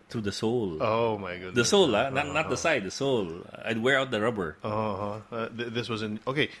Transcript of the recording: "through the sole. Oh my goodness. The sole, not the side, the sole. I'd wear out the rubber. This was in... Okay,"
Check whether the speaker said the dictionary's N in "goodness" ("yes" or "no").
no